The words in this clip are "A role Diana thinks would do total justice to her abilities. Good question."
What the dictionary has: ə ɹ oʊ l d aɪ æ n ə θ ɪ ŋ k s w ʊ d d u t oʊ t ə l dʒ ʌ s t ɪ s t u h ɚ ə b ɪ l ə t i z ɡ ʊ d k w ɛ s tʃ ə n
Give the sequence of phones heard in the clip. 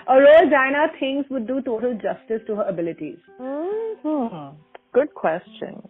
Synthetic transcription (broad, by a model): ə ɹ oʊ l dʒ aɪ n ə t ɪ ŋ s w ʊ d d u t oʊ t ə l dʒ ʌ s t ɪ s t u h ɚ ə b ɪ l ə t i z ɡ ʊ d k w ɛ s tʃ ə n